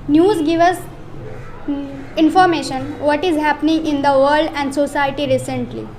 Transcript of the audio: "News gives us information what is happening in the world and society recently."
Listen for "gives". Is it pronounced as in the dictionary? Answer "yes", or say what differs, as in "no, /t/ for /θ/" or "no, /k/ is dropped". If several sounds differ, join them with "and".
no, /z/ is dropped